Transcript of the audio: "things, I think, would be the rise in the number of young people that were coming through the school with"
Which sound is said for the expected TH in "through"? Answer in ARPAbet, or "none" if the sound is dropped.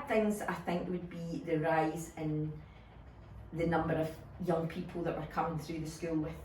TH